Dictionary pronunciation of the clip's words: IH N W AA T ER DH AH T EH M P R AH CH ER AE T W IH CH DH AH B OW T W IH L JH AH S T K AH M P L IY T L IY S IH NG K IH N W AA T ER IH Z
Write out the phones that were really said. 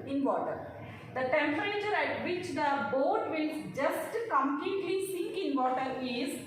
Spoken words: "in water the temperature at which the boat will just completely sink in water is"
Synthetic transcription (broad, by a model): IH N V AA T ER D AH T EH M P R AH CH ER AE T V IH CH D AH B OW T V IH L JH AH S T K AH M P L IY T L IY S IH NG K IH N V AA T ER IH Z